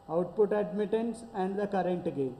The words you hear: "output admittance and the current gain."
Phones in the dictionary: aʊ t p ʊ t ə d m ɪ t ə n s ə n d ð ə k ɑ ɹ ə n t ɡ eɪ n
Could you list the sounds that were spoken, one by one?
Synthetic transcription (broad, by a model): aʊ t p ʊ t ə d m ɪ t ə n s ə n d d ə k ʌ ɹ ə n t ɡ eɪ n